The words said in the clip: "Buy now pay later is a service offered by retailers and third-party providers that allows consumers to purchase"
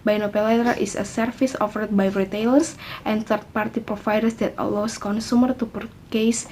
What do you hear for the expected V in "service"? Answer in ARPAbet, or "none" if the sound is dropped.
F